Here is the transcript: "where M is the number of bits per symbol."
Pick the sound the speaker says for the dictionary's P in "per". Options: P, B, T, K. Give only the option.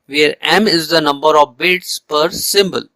P